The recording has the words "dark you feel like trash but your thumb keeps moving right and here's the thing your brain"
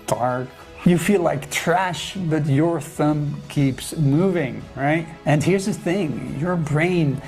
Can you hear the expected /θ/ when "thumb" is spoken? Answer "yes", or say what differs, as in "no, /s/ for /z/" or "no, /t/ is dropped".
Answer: yes